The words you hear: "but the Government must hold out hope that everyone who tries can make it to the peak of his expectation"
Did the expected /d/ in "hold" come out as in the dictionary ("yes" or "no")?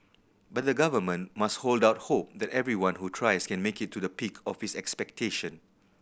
yes